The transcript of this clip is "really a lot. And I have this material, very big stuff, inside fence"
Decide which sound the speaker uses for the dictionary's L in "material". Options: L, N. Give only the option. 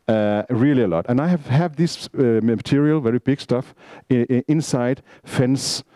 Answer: L